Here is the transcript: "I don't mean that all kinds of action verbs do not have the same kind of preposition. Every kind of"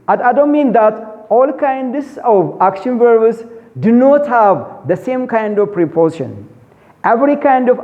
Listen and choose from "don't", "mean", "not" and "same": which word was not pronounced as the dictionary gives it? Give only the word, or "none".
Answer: none